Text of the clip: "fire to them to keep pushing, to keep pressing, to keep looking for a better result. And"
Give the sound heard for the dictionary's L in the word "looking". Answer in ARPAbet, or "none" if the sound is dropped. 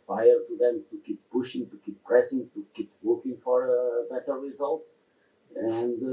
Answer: W